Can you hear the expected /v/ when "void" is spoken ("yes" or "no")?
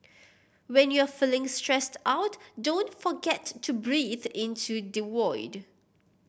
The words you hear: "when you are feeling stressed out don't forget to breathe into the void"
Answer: no